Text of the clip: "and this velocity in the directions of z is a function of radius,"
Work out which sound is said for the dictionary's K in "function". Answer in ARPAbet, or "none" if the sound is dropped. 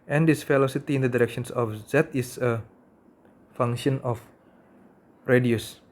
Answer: none